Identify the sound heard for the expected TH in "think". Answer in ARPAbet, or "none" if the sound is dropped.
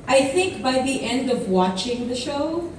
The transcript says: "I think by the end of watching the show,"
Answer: TH